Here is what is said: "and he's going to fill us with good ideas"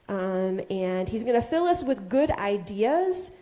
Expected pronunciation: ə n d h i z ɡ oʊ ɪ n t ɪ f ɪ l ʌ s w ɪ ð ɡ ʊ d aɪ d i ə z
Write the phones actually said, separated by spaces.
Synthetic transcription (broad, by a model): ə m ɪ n i z ɡ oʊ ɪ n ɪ f ɪ l ʌ s w ɪ ð ɡ ʊ d aɪ d i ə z